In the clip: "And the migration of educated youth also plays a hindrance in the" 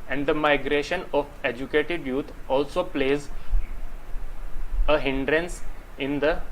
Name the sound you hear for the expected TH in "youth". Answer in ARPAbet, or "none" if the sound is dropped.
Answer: T